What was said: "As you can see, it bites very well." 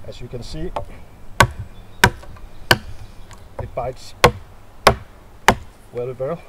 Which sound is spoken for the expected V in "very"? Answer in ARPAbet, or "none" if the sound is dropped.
W